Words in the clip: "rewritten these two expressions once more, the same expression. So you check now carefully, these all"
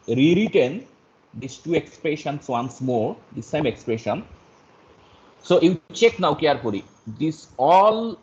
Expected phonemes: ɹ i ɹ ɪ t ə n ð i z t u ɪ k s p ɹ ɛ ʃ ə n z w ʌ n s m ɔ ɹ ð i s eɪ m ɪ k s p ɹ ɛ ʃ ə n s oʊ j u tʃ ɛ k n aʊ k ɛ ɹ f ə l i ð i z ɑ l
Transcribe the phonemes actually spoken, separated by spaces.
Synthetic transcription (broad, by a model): ɹ i ɹ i t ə n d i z t u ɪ k s p ɹ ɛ ʃ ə n s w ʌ n s m ɔ ɹ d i s eɪ m ɪ k s p ɹ ɛ ʃ ə n s oʊ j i tʃ ɛ k n aʊ k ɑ ɹ p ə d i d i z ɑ l